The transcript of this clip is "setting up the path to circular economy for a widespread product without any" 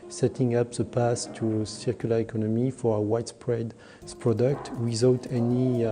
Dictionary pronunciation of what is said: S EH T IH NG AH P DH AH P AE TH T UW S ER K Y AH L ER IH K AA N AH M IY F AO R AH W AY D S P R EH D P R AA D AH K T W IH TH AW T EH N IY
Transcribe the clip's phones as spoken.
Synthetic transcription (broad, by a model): S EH T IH NG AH P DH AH P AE S T UW S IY K Y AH L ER IH K AA N AH M IY F AO R AH W AY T S P R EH D P R AA D AH K T W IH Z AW T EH N IY